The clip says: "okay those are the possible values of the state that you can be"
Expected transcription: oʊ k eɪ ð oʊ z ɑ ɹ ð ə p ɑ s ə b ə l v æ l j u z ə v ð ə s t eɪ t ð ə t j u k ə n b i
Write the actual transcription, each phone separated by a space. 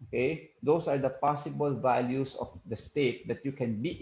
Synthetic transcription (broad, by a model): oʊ k eɪ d oʊ s ɑ ɹ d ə p ɑ s ə b ə l v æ l j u s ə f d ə s t eɪ t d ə t j u k ə n b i